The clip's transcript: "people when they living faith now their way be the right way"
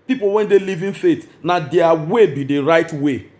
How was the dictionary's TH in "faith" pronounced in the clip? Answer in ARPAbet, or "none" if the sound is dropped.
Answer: T